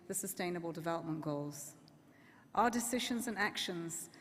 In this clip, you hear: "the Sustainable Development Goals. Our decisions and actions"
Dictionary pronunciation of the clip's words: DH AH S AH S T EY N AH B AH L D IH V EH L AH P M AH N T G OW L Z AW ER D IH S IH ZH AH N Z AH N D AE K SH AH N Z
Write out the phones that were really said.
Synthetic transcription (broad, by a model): DH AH S AH S T EY N AH B AH L D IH V EH L AH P M AH N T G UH L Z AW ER D IH S IH ZH AH N Z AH N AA K SH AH N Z